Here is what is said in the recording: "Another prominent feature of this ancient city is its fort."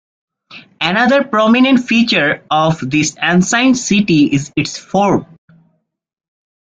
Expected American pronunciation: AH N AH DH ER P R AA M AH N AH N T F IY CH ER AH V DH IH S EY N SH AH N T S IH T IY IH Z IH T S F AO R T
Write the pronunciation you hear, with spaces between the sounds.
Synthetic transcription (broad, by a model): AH N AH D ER P R AA M AH N AH N T F IY CH ER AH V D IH S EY N S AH N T S IH T IY IH Z IH T S F AO R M